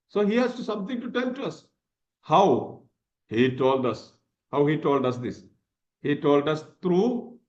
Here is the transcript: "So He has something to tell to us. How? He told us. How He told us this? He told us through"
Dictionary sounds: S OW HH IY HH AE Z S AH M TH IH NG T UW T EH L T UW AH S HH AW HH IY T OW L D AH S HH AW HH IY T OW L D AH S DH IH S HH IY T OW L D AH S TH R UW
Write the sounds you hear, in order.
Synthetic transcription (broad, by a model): S OW HH IY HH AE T S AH M T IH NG T UW T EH N T UW AH S HH AW HH IY T OW L D AH S HH AW HH IY T OW L D AH S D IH S HH IY T OW L D AH S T R UW